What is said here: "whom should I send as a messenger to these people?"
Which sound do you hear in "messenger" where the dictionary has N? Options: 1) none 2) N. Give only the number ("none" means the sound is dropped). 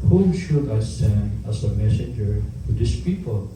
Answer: 2